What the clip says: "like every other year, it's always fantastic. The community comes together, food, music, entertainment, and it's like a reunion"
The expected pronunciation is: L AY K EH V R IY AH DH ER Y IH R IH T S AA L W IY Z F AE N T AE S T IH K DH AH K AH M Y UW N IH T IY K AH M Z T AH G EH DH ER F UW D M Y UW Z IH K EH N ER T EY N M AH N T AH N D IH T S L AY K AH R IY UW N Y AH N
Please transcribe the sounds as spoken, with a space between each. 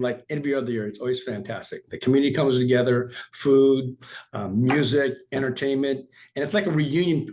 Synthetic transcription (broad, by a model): L AY K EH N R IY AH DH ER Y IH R IH T S AA L W IY Z F AE N T AE S T IH K DH AH K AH M Y UW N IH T IY K AH M Z T AH G EH DH ER F UW D M Y UW Z IH K EH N ER T EY N M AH N T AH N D IH T S L AY K AH R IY UW N Y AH N